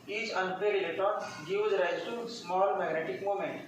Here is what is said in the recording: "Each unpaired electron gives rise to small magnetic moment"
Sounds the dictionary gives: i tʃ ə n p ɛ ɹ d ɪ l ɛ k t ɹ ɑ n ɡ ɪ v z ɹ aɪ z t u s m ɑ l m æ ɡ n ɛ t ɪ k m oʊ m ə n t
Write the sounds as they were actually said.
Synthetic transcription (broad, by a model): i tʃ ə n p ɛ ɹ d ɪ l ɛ t ɑ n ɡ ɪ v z ɹ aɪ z t u s m ɑ l m æ ɡ n ɛ t ɪ k m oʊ m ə n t